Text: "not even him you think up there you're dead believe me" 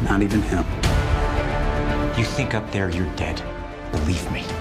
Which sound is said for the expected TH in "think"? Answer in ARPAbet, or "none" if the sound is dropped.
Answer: TH